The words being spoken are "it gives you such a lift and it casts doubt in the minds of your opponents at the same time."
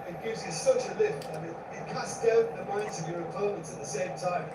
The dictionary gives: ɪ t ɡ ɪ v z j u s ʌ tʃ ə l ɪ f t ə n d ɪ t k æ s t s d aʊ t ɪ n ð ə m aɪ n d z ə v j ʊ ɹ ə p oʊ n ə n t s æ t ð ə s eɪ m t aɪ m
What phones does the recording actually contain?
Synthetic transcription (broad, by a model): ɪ t ɡ ɪ v z j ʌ s ʌ tʃ ə l ɪ f t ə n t ɪ t k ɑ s s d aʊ ɪ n ð ə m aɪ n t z ə v j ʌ ɹ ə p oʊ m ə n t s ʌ t ð ə s eɪ m t aɪ m